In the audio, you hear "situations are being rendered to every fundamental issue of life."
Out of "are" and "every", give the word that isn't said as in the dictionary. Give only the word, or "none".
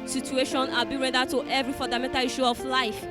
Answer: are